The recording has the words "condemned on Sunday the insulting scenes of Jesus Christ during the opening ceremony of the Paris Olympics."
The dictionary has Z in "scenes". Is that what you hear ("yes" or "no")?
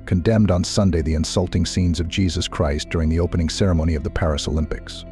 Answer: yes